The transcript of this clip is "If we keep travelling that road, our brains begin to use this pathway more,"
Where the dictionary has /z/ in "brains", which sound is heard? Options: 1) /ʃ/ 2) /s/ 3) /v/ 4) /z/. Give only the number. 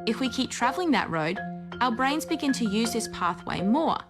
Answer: 4